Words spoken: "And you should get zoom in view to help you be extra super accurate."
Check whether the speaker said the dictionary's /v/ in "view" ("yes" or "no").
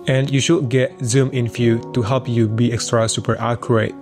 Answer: no